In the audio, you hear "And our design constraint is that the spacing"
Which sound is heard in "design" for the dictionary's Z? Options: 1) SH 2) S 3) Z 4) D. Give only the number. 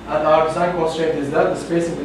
2